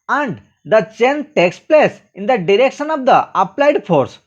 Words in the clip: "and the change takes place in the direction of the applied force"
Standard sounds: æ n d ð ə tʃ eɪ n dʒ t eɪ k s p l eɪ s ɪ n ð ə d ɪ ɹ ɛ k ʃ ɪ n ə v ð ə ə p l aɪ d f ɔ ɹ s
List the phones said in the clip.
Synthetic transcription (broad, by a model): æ n d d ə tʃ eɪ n t eɪ k s p l eɪ s ɪ n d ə d ɪ ɹ ɛ k ʃ ɪ n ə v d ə ə p l aɪ d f ɔ ɹ s